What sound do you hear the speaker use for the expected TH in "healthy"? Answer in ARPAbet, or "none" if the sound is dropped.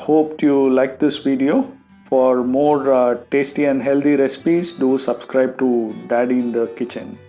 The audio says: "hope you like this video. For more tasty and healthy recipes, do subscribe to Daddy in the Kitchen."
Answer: T